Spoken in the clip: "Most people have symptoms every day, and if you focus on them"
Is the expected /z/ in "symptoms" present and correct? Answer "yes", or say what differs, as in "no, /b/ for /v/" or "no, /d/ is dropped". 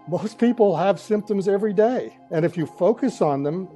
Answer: yes